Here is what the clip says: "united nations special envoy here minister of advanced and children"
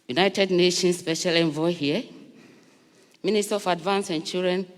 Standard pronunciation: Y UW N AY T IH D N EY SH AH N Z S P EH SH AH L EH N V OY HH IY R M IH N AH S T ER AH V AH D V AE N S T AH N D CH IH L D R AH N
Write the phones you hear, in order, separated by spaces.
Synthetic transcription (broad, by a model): Y UW N AY T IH D N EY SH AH N S P EH SH AH L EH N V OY HH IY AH M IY N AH S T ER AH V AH D V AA N S AH N CH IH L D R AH N